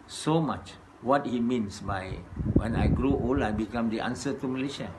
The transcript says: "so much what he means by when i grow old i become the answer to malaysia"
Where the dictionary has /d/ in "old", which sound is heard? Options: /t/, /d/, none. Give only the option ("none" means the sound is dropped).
none